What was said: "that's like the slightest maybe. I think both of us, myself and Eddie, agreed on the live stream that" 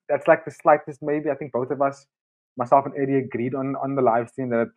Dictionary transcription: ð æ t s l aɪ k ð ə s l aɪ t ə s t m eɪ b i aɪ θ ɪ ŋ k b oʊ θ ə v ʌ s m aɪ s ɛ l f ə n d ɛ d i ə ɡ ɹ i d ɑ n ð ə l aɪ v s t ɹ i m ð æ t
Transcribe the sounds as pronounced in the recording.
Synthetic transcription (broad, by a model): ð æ t s l aɪ k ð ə s l aɪ t ə s t m eɪ b i aɪ θ ɪ ŋ k b oʊ θ ə v ʌ s m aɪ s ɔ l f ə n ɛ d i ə ɡ ɹ i d ɑ n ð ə l aɪ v s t i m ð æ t